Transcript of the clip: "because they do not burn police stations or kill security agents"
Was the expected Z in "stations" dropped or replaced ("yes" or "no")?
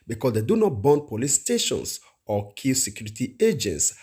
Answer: yes